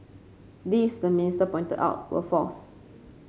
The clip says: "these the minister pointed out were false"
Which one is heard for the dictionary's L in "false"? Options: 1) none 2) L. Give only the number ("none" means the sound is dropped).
1